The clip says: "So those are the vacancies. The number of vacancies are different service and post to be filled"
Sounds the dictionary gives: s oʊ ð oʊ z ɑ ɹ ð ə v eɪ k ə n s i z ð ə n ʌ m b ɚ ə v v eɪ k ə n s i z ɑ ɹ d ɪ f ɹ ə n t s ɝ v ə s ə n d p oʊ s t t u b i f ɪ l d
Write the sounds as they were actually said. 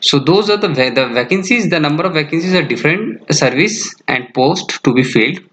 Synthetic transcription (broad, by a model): s oʊ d oʊ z ɑ ɹ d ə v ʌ k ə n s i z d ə n ʌ m b ɚ ə v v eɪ k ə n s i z ɑ ɹ d ɪ f ɹ ə n t s ɝ v ə s ə n d p oʊ s t t u b i f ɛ l d